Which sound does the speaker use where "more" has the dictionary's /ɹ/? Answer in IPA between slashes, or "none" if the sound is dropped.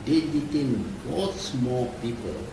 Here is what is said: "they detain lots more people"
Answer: /l/